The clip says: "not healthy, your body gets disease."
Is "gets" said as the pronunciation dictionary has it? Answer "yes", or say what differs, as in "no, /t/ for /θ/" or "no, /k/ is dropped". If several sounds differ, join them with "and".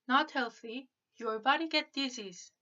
no, /s/ is dropped